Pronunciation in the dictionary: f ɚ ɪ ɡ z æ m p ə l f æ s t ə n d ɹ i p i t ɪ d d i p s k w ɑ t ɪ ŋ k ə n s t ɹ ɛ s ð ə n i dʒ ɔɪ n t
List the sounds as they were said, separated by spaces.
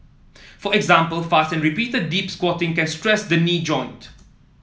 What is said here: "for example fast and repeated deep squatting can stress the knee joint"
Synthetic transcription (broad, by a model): f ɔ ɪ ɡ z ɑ m p ə l f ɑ s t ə n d ɹ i p i t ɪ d d i p s k w ɑ t ɪ ŋ k ə n s t ɹ ɛ s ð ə n i dʒ ɔɪ n t